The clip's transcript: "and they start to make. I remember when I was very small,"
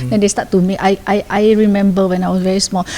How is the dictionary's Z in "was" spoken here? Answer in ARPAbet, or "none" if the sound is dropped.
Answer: S